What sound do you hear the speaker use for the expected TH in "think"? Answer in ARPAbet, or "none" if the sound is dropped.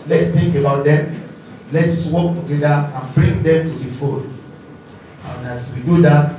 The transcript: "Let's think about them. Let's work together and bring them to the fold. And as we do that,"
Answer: T